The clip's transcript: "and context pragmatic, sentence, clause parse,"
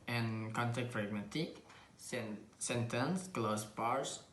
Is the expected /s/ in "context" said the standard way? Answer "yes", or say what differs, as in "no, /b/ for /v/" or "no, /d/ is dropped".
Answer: no, /s/ is dropped